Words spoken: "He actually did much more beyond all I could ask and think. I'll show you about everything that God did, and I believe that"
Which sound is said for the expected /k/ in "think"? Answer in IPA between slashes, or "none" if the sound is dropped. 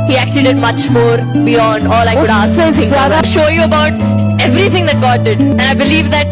none